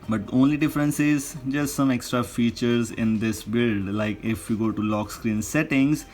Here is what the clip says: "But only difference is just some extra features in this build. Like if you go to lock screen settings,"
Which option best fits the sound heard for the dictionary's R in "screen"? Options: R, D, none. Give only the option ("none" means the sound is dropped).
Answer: R